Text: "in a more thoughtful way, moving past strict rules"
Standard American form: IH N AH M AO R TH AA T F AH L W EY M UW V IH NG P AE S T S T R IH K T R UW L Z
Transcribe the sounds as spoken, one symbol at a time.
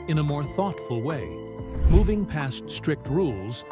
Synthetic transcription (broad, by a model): IH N AH M AO R TH AA T F AH L W EY M UW V IH NG P AE S T S T R IH K T R UW L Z